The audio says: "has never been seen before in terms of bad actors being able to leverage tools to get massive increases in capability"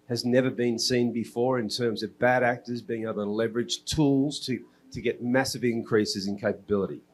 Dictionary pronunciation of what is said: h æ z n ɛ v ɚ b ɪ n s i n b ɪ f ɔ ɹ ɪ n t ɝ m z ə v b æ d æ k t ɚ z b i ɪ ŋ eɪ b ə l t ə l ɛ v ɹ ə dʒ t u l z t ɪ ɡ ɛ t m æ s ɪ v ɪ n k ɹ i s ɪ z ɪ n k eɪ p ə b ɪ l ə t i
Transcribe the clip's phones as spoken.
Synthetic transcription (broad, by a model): h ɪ z n ɛ v ɚ b ɪ n s i n b ɪ f ɔ ɹ ɪ n t ɝ m z ə v b æ d æ k t ɚ z b i ɪ ŋ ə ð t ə l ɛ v ɹ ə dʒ t u l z t ɪ ɡ ɛ t m æ s ɪ v ɪ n k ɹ i s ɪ z ɪ n k eɪ p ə b ɪ l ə t i